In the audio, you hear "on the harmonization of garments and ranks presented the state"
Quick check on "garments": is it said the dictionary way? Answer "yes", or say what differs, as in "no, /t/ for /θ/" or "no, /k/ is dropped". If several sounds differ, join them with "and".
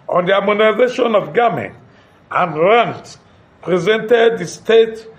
no, /s/ is dropped